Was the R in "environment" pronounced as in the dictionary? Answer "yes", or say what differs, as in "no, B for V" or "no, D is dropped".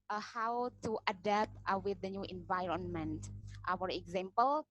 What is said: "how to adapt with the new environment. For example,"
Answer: yes